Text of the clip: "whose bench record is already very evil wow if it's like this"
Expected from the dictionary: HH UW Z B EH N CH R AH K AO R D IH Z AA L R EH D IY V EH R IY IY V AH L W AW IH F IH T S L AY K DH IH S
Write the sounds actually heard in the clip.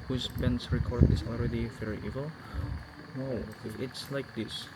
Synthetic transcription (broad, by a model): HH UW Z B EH N S R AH K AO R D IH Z AA L R EH D IY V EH R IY IY V AH L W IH IH T S L AY K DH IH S